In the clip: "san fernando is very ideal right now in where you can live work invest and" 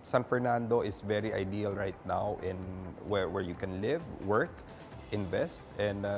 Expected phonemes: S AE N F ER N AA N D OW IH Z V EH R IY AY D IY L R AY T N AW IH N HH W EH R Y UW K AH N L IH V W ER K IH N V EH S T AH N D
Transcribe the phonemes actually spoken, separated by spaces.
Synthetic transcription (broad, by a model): S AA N F ER N AA N D OW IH S V EH R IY AY D IY L R AY T N AW IH N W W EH R Y UW K AH N L IH V W ER K IH N V EH S T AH N D